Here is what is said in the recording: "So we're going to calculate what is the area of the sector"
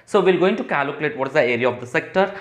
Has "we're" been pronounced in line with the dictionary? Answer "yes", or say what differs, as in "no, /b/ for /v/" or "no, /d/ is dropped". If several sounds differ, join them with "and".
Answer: no, /l/ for /ɹ/